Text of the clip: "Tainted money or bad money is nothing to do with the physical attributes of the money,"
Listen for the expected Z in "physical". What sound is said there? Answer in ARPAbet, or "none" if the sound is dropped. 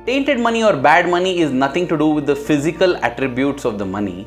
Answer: Z